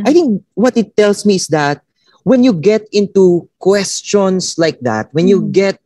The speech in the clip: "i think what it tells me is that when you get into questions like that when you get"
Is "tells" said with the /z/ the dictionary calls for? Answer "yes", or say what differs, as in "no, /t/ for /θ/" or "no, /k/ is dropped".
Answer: no, /s/ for /z/